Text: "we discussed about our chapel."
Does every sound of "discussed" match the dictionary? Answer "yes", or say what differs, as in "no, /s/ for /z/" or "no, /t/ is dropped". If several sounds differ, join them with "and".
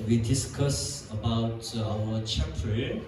no, /t/ is dropped